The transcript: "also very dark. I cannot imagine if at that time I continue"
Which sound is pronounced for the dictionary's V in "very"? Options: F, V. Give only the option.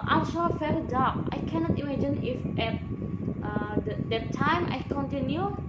F